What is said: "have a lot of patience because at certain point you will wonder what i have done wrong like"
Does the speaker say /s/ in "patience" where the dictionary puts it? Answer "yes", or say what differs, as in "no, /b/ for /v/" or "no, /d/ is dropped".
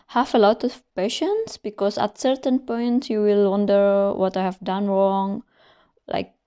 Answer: yes